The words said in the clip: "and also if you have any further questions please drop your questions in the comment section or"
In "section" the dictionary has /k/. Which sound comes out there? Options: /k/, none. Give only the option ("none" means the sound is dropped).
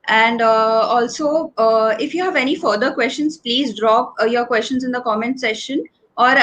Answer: none